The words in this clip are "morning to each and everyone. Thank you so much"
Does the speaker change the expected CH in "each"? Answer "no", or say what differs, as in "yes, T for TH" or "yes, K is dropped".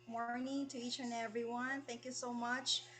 no